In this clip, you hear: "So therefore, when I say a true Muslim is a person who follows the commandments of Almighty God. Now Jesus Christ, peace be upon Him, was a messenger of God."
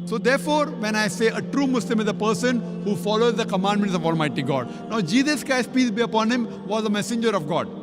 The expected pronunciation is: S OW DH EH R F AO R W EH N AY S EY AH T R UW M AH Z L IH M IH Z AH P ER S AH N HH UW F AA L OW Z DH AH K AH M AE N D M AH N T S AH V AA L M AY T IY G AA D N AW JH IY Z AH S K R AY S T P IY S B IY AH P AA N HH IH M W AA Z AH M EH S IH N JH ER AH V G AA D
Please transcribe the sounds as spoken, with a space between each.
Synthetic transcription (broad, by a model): S OW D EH R F AO R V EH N AY S EY AH T R UW M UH S L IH M IH Z AH P ER S AH N HH UW F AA L OW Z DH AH K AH M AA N D M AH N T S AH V AA L M AY T IY G AA D N AW JH IY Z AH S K AY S P IY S B IY AH P AA N HH IH M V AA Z AH M EH S IH N JH ER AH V G AA D